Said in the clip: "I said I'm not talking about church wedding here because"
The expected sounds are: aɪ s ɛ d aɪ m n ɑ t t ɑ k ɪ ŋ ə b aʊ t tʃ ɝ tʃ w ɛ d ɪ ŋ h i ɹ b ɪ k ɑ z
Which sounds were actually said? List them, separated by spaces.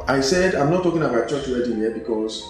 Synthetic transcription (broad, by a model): aɪ s ɛ d aɪ m n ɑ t t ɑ k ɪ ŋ ə b aʊ t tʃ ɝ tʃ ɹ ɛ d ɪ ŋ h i b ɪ k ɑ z